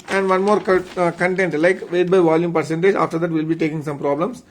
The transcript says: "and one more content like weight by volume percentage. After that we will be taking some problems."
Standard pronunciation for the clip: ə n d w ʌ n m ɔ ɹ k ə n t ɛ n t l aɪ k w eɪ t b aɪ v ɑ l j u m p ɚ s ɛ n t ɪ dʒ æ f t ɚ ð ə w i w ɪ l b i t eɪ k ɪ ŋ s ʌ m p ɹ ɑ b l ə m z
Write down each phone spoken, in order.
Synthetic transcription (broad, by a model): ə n d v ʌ n m ɔ ɹ k ə n t ɛ n t l aɪ k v eɪ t b aɪ v ɑ l j u m p ɚ s ɛ n t ɪ dʒ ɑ f t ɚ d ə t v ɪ l b i t eɪ k ɪ ŋ s ʌ m p ɹ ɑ b l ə m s